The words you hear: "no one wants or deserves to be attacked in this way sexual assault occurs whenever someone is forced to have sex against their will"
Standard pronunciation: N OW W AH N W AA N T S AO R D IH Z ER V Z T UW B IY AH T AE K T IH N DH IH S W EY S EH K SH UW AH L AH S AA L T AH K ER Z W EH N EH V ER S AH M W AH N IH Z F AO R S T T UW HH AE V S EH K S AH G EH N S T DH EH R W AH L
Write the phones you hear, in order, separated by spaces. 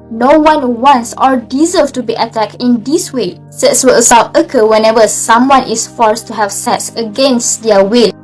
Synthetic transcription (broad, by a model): N OW W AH N W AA N S AO R D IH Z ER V T UW B IY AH T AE K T IH N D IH S W EY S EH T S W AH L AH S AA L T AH K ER W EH N EH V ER S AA M W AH N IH S F AO R S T T UW HH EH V S EH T S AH G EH N S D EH W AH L